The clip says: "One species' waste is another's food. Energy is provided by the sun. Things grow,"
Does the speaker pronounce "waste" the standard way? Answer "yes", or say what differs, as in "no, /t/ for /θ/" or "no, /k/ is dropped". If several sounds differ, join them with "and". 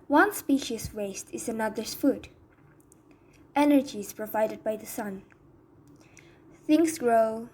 yes